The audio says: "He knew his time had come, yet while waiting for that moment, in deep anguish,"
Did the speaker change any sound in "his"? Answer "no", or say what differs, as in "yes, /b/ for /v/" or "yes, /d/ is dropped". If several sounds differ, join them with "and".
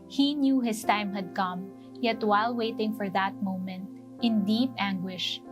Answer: yes, /s/ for /z/